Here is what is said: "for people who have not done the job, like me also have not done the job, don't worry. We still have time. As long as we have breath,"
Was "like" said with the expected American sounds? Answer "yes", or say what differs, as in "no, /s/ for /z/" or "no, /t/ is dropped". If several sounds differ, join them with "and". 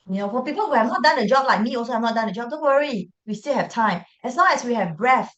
yes